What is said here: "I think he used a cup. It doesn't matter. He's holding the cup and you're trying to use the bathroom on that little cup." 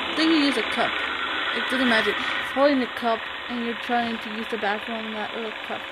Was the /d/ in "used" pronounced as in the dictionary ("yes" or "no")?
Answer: no